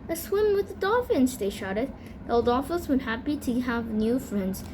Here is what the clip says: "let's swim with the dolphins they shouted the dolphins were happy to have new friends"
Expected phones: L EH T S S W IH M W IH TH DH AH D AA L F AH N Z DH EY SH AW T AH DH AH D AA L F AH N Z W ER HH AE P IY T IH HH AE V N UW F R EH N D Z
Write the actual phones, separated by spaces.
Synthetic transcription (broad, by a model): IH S S W IH M W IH DH AH D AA F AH N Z DH EY SH AW T AH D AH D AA F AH Z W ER HH AE P IY T IH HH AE V N UW F R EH N D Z